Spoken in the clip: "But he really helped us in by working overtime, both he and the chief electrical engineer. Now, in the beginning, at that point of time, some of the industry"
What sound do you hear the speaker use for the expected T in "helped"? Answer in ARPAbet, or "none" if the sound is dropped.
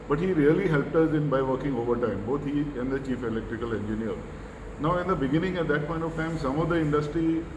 T